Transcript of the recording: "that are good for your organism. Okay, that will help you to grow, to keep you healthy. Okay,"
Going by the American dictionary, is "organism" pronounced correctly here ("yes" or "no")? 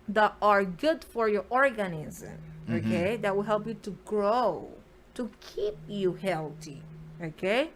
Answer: yes